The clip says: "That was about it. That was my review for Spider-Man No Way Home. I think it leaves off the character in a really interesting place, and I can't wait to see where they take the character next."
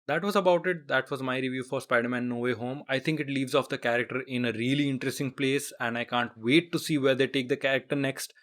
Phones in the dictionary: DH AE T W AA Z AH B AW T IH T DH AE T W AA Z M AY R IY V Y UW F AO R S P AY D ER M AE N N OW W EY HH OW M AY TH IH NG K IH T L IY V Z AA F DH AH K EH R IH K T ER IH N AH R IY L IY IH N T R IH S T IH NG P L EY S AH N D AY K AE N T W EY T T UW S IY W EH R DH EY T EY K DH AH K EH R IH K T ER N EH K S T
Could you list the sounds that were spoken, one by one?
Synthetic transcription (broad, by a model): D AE T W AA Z AH B AW T IH T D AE T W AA Z M AY R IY V Y UW F AO R S P AY D ER M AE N N OW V EY HH OW M AY T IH NG K IH T L IY V Z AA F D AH K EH R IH K T ER IH N AH R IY L IY IH N T R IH S T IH NG P L EY S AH N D AY K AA N T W EY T T UW S IY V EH R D EY T EY K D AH K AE R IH K T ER N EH K S T